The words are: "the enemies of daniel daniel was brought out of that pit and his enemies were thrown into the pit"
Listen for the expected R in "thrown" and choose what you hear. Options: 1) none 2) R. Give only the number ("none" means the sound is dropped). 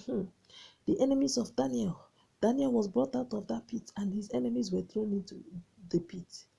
2